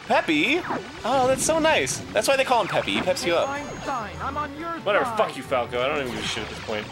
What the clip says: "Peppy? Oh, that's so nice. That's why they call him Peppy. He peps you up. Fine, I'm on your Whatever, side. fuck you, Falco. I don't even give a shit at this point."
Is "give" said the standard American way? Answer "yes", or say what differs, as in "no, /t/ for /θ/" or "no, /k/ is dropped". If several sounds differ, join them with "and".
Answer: no, /v/ is dropped